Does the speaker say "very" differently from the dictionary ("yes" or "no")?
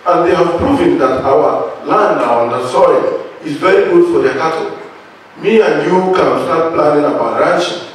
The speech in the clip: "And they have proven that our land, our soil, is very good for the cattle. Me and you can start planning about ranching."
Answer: no